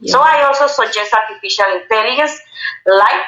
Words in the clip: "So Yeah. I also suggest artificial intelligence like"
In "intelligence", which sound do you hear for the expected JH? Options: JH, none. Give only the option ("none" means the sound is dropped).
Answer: none